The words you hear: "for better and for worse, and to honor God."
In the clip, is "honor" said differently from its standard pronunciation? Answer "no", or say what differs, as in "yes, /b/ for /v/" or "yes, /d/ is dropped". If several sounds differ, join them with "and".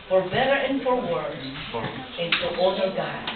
yes, /n/ is dropped